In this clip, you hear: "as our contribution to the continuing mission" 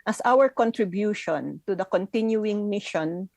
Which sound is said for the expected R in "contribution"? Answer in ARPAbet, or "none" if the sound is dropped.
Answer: R